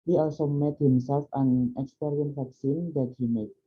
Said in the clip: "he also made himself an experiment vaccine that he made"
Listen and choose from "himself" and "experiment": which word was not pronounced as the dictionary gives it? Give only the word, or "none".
experiment